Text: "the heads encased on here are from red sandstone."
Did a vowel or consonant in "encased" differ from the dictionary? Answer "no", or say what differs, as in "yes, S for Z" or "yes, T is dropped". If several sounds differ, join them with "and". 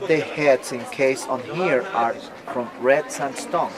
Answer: yes, T is dropped